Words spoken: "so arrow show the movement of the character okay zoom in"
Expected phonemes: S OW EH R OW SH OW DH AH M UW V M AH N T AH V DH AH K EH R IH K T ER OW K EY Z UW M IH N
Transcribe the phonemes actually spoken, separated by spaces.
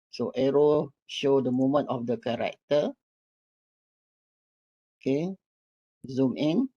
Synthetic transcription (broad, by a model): S OW EH R OW SH OW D AH M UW M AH N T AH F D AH K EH R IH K T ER OW K EY Z UW M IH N